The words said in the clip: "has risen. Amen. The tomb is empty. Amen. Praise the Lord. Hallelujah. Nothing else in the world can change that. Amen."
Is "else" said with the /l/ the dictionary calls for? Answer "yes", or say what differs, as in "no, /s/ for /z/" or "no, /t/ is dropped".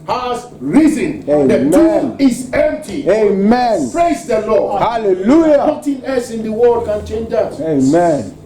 no, /l/ is dropped